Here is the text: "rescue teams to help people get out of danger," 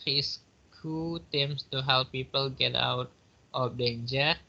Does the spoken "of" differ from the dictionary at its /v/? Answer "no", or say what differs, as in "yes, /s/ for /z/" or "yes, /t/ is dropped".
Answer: yes, /p/ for /v/